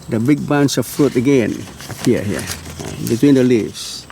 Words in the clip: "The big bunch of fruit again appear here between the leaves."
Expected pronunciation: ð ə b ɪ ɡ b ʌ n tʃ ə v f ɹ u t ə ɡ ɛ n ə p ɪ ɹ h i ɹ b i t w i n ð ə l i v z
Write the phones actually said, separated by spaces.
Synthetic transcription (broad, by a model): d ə b ɪ ɡ b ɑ n s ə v f ɹ u t ə ɡ ɛ n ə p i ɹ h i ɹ b i t w i n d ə l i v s